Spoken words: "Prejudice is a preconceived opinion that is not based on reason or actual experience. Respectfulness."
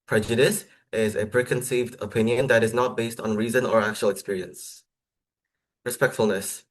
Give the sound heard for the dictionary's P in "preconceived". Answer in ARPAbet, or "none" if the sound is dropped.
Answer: P